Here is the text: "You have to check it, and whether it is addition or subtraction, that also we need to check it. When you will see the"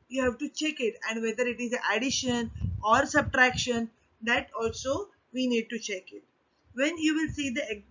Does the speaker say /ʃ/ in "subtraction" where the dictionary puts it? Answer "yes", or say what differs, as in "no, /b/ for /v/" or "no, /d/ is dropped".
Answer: yes